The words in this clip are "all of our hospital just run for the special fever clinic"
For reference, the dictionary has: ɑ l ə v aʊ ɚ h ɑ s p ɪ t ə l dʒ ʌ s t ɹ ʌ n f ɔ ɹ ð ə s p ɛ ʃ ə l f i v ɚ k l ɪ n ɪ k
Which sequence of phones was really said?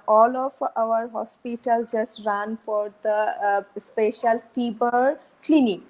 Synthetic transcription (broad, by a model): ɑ l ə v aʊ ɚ h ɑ s p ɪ t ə l dʒ ʌ s t ɹ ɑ n f ɔ ɹ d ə s p ɛ ʃ ə l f i b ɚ k l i n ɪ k